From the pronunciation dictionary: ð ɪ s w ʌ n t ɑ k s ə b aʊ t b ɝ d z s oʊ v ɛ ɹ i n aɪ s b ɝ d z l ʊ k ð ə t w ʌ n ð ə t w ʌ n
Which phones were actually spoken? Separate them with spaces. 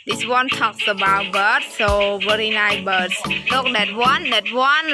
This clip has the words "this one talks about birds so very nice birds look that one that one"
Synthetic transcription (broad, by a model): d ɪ s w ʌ n t ɑ k s ə b aʊ t b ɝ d s oʊ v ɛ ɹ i n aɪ b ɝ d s l ʊ k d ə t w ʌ n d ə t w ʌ n